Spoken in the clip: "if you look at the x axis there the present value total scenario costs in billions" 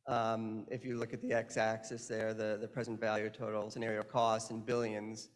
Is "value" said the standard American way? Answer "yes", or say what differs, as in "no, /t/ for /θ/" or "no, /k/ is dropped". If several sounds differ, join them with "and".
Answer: yes